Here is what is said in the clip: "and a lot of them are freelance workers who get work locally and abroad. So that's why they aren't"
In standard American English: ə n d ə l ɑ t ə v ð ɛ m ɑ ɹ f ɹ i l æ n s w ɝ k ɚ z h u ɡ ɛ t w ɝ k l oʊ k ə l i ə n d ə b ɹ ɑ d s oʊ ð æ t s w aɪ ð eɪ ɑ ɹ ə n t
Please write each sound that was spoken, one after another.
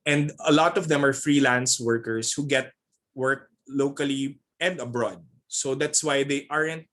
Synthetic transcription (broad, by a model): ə n d ə l ɑ t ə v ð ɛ m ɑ ɹ f ɹ i l æ n s w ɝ k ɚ s h u ɡ ɛ t w ɝ k l oʊ k ə l i ə n d ə b ɹ ɑ d s oʊ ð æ t s w aɪ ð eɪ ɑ ɹ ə n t